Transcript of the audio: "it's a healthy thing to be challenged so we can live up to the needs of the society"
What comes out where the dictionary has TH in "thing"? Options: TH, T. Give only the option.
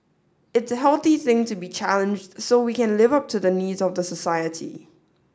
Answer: TH